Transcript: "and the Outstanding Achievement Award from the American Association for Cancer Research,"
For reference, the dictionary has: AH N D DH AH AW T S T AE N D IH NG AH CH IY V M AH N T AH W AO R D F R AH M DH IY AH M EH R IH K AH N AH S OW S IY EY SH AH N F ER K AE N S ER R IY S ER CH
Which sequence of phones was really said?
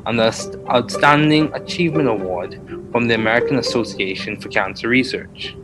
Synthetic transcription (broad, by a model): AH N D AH AW T S T AE N D IH NG AH CH IY V M AH N T AH W AO R D F R AH M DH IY AH M EH R IH K AH N AH S OW S IY EY SH AH N F ER K AE N S ER R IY S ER CH